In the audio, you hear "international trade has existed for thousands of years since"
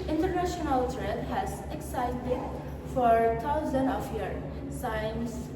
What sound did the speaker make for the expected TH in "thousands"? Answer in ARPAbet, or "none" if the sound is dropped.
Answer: T